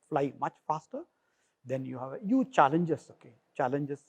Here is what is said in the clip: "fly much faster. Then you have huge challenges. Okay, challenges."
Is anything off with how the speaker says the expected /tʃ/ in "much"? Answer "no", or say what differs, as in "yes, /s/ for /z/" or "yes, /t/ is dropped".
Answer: no